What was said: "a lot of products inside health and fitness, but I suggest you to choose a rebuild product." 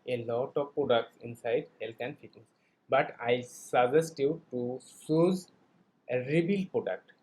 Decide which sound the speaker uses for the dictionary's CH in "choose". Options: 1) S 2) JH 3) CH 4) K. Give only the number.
1